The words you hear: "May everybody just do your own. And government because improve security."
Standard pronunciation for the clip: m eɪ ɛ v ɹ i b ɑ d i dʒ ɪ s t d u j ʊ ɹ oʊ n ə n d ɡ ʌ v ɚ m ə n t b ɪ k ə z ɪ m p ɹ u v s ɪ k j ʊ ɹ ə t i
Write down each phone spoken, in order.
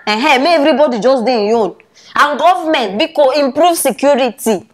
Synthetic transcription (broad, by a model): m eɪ ɛ v ɹ i b ɑ d i dʒ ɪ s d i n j oʊ n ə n ɡ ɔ v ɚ m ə n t b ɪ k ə ɪ m p ɹ u v s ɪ k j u ɹ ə t i